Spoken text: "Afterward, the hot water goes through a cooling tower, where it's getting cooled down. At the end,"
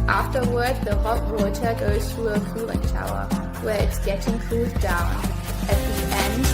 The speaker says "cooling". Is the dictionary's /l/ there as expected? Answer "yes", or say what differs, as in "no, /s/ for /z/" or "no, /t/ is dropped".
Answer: no, /l/ is dropped